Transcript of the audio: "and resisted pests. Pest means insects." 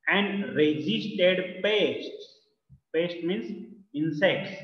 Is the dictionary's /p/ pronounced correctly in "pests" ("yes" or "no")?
yes